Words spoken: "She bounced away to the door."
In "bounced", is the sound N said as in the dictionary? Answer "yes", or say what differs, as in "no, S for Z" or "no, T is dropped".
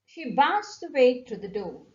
no, N is dropped